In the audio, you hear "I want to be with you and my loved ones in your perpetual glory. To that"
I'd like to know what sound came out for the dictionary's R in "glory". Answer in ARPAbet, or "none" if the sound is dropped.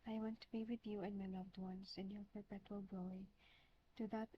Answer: none